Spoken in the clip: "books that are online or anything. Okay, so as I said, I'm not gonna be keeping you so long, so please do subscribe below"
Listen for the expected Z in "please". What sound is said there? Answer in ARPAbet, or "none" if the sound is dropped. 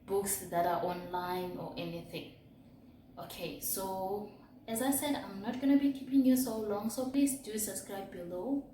S